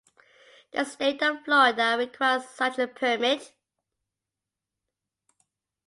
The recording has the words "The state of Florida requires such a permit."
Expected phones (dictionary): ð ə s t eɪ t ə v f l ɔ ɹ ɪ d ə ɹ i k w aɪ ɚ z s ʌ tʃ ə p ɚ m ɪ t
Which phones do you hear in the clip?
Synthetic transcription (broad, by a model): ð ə s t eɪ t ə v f l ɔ ɪ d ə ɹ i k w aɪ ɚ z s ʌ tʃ ə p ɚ m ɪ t